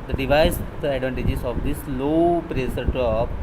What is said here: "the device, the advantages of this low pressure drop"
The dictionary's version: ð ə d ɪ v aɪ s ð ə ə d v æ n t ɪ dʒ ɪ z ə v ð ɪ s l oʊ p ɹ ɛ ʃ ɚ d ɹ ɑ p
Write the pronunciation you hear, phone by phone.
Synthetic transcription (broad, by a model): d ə d ɪ v aɪ s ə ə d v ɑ n t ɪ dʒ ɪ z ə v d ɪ s l oʊ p ɹ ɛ s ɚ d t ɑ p